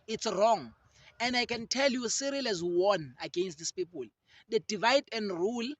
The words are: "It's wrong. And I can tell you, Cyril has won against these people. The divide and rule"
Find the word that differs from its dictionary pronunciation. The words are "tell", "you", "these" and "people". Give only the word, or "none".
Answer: these